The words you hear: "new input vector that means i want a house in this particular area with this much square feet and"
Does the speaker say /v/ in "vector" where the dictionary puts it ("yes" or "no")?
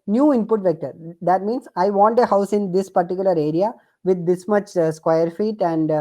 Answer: yes